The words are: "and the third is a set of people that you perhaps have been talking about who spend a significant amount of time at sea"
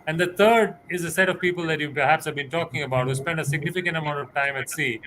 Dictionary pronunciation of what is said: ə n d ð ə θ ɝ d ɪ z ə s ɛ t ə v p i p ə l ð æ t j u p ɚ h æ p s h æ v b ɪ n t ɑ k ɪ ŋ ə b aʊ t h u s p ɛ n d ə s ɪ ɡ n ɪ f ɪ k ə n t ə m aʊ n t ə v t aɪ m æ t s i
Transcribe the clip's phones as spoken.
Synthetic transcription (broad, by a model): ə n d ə t ɝ d ɪ z ə s ɛ t ə v p i p ə l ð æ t j u p ɚ h æ p s h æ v b ɪ n t ɑ k ɪ ŋ ə b aʊ t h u s p ɛ n d ə s ɪ ɡ n ɪ f ɪ k ə n t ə m aʊ n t ə v t aɪ m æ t s i